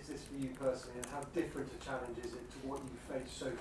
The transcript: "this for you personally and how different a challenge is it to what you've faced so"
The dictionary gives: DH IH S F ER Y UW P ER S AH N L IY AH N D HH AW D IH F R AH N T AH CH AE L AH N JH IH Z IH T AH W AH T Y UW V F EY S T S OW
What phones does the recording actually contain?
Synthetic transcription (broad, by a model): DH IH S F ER Y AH P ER S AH N L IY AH N HH AW D IH F R AH N T AH CH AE L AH N JH IH Z IH T AH W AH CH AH F EY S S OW